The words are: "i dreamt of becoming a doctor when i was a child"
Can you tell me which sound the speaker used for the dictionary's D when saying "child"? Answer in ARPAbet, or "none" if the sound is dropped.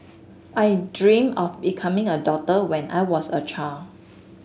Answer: none